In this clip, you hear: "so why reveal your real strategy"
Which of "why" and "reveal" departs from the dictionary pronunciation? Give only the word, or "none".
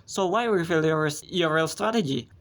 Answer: reveal